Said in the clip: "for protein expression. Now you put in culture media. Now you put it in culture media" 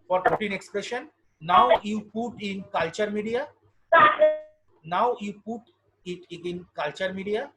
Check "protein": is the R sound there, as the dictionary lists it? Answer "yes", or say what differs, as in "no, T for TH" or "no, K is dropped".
no, R is dropped